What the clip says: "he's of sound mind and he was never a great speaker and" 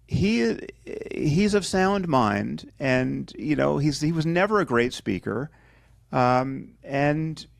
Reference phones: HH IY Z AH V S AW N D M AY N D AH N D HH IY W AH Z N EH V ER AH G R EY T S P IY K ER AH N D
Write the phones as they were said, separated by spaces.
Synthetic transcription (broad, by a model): HH IY Z AH V S AW N D M AY N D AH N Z HH IY W AH Z N EH V ER AH G R EY T S P IY K ER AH N